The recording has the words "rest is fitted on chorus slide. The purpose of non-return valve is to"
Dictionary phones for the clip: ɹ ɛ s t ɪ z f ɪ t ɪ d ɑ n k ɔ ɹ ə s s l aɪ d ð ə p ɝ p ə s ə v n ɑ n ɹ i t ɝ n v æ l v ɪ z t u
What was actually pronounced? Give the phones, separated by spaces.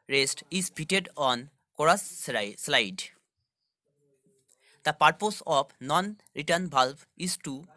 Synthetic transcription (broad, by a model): ɹ ɛ s t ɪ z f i t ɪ d ɑ n k ɔ ɹ ə s s l aɪ d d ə p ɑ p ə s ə p n ɑ n ɹ i t ɝ n b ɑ l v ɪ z t u